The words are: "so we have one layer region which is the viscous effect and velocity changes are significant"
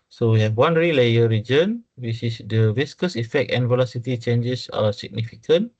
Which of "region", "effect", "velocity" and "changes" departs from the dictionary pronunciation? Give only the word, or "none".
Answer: changes